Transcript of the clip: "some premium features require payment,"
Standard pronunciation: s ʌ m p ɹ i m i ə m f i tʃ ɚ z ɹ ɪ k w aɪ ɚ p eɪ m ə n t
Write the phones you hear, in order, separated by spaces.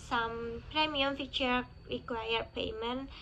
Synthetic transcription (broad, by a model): s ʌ m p ɹ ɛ m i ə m f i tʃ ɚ ɹ ɪ k w aɪ ɚ p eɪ m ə n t